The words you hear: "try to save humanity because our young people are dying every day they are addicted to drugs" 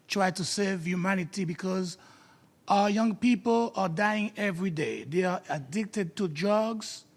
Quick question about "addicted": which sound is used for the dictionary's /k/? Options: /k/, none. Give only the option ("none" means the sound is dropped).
/k/